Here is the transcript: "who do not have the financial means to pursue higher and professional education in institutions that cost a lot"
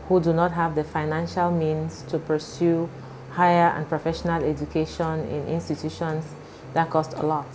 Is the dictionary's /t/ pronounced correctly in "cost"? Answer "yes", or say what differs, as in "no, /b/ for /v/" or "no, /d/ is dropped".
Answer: yes